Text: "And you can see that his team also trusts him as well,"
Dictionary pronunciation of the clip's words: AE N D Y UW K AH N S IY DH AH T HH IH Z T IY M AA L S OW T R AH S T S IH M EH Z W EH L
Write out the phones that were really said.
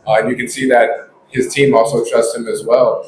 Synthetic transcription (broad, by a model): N Y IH K AH N S IY DH AH T HH IH Z T IY M AA L S OW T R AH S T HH IH M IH Z W EH L